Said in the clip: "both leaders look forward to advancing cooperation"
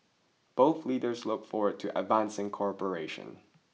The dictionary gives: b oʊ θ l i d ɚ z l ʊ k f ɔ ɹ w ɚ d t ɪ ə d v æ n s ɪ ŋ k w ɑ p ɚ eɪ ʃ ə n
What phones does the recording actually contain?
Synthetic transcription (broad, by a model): b oʊ θ l i d ɚ z l ʊ k f ɔ ɹ w ɚ d t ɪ ə d v æ n s ɪ ŋ k ɑ p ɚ eɪ ʃ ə n